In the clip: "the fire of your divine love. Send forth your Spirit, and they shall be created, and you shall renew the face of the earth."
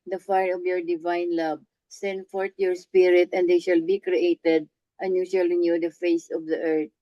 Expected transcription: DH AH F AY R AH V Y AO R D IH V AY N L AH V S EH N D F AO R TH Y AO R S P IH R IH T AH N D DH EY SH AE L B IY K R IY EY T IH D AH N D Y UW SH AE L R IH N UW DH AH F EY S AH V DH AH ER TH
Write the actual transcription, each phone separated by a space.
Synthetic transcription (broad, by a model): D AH F AY R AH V Y AO R D IH V AY N L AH B S EH N D F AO R T Y AO R S P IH R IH T AH N D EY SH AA L B IY K R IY EY T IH D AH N Y UW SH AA L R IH N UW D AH F EY S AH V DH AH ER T